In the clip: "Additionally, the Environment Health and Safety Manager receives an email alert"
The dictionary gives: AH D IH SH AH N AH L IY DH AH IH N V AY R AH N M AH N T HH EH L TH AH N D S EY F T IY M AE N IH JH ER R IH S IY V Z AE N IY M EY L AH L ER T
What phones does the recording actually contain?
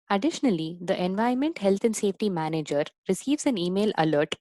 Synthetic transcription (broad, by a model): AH D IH SH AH N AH L IY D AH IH N V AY AH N M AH N T HH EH L T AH N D S EY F T IY M AE N IH JH ER R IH S IY V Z AE N IY M EY L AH L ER T